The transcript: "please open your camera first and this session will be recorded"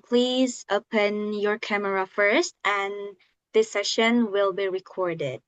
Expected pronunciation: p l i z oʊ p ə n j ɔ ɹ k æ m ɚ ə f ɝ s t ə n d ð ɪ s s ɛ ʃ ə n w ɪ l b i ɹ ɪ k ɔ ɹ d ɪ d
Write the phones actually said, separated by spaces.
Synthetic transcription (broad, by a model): p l i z oʊ p ə n j ɔ ɹ k æ m ɚ ə f ɝ s t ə n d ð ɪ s s ɛ ʃ ə n w ɪ l b i ɹ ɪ k ɔ ɹ d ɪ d